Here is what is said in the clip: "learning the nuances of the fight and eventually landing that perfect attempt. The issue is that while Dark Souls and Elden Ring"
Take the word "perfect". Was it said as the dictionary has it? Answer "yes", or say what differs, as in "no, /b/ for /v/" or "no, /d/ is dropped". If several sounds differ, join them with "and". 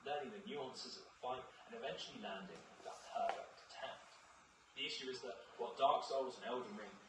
no, /k/ is dropped